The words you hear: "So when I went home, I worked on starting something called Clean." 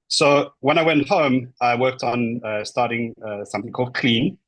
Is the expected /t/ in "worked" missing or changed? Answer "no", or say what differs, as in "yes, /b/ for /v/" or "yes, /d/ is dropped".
no